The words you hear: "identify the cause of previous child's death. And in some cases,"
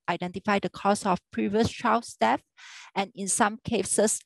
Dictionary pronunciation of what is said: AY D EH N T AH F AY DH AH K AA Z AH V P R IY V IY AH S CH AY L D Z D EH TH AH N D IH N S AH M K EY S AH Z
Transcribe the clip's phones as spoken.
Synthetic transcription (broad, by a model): AY D EH N T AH F AY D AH K AA S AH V P R IY V IY AH S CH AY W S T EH F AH N IH N S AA M K EY S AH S